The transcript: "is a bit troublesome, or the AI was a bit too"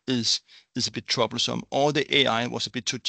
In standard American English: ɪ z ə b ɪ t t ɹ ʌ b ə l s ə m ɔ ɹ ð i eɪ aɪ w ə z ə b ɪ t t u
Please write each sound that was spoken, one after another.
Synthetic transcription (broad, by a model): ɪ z ə b ɪ t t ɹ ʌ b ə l s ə m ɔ l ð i eɪ aɪ w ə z ə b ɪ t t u